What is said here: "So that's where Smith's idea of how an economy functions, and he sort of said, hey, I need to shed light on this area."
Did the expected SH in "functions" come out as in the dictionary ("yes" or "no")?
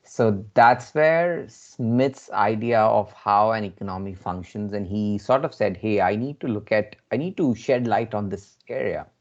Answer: yes